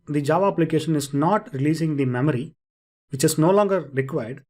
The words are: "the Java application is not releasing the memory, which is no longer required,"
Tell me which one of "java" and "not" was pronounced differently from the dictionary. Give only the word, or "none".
none